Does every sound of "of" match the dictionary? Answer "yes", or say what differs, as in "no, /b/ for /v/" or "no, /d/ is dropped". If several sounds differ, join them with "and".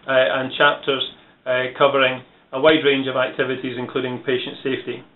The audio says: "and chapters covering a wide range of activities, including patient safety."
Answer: yes